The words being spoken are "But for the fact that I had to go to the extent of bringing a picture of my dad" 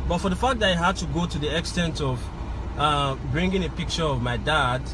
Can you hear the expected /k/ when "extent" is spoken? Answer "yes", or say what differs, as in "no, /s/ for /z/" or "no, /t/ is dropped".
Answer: yes